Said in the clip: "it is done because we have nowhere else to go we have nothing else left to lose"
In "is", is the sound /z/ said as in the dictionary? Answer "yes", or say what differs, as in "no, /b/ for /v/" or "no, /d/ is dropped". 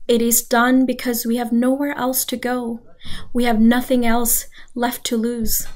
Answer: yes